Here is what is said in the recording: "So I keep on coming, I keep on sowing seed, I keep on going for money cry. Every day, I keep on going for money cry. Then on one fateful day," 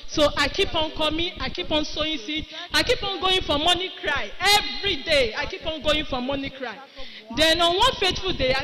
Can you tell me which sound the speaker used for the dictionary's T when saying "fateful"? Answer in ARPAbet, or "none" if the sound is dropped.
T